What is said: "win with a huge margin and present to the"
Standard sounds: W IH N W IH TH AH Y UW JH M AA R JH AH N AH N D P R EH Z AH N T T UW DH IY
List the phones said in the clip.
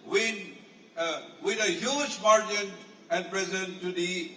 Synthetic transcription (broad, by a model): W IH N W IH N AH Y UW SH M AA R JH AH N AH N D P R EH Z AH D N T UW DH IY